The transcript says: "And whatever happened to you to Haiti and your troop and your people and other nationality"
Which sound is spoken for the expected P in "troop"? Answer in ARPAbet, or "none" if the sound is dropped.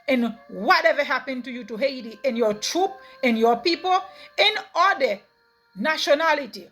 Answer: P